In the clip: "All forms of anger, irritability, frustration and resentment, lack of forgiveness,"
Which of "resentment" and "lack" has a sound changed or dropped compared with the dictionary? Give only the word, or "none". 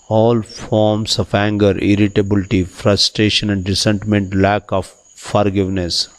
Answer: resentment